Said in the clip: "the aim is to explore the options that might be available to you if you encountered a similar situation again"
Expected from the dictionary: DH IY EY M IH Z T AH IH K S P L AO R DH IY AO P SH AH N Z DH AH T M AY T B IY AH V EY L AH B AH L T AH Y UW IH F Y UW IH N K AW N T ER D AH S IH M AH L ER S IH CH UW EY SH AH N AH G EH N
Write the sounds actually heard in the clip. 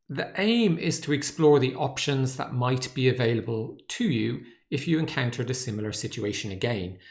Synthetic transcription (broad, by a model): DH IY EY M IH Z T AH IH K S P L AO R DH IY AO P SH AH N Z DH AH T M AY T B IY AH V EY L AH B AH L T AH Y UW IH F Y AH IH N K AW N T ER D AH S IH M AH L ER S IH CH UW EY SH AH N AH G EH N